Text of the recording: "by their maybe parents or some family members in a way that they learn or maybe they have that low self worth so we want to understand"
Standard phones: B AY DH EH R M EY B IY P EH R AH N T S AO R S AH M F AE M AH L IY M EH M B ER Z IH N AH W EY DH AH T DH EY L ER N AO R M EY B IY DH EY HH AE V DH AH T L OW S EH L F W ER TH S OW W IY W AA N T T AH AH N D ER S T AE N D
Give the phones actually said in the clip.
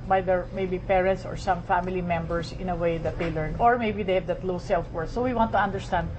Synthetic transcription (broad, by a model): B AY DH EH R M EY B IY P EH R AH N T S AO R S AH M F AE M AH L IY M EH M B ER S IH N AH W EY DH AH T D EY L ER N AO R M EY B IY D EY HH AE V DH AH T L OW S EH L F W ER S OW W IY W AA N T T AH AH N D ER S T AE N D